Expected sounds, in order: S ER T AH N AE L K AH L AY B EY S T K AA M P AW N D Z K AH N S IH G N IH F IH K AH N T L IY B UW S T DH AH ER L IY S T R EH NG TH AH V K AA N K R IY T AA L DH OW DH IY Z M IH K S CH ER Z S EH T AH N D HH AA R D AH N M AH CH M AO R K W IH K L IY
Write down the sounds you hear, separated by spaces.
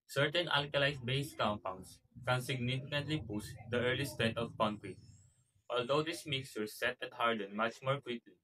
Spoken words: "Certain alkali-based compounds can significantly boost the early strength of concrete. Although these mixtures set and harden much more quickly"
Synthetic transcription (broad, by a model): S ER T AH N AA L K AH L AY B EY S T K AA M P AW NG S K AH N S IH G N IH F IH K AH N T L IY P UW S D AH ER L IY S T EH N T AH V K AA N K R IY T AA L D OW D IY S M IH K S CH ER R S EH T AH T HH AA R D AH N M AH CH M AO R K W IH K L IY